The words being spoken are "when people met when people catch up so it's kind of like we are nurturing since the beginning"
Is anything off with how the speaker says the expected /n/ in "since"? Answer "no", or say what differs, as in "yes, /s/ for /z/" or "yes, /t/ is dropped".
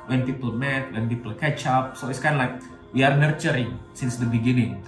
no